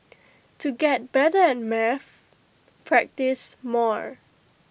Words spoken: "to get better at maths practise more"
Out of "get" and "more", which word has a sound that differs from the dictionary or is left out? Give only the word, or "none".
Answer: none